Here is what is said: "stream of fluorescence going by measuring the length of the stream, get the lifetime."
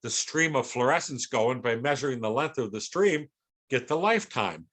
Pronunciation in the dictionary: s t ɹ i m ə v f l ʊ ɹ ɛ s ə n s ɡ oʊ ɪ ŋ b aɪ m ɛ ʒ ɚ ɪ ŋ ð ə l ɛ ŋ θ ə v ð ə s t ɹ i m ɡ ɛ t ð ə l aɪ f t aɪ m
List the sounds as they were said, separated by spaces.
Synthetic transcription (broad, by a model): s t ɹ i m ə v f l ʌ ɹ ɛ s n s ɡ oʊ ɪ ŋ b aɪ m ɛ ʒ ɚ ɪ ŋ ð ə l ɛ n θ ə v ð ə s t ɹ i m ɡ ɛ t ð ə l aɪ f t aɪ m